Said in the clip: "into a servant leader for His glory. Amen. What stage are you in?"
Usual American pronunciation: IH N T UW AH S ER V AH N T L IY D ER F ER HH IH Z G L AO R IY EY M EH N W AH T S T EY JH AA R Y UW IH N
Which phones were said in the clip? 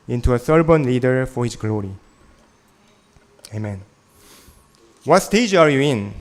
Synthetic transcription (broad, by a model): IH N T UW AH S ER B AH N L IY D ER F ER HH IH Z G L AO R IY EY M EH N W AH T S T EY JH AA R Y UW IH N